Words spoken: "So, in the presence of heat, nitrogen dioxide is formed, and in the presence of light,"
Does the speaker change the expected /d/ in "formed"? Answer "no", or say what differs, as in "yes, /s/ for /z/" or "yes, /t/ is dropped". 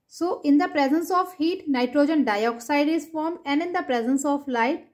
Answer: yes, /d/ is dropped